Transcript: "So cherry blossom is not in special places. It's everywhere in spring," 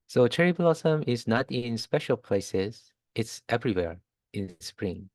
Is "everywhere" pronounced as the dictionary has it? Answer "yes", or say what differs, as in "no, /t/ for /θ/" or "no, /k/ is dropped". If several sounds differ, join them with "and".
yes